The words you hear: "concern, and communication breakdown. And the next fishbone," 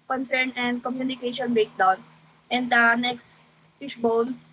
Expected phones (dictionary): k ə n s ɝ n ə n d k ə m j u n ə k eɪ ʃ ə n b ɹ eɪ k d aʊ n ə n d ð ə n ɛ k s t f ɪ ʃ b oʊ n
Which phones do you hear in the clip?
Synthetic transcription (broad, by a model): k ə n s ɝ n ə n d k ə m j u n ə k eɪ ʃ ə n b eɪ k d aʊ n ə n d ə n ɛ k s t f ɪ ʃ b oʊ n